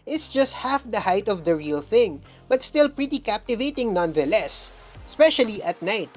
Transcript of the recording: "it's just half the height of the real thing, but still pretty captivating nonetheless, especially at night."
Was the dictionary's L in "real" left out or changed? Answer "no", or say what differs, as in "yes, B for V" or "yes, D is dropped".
no